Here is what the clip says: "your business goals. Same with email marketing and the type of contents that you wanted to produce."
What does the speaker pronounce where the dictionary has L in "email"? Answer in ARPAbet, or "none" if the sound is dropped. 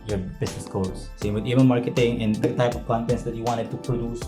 N